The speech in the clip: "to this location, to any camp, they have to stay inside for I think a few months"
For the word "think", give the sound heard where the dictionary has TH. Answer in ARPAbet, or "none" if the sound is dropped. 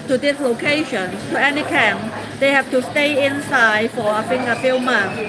F